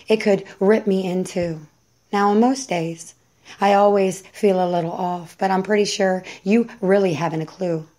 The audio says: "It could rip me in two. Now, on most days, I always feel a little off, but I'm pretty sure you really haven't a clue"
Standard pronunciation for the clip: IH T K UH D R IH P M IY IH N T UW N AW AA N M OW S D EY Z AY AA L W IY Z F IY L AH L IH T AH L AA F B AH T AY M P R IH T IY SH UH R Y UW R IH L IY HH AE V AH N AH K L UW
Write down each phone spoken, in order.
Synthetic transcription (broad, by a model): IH T K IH D R IH P M IY IH N T UW N AW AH N M OW S D EY Z AY AA L W IY Z F IY L AH L IH T L AA F B AH T AY M P R IH T IY SH UH R Y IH R IH L IY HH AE V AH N AH K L UW